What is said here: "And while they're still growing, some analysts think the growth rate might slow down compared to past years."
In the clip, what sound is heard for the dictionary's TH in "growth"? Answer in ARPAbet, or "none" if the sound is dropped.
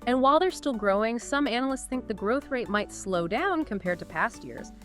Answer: TH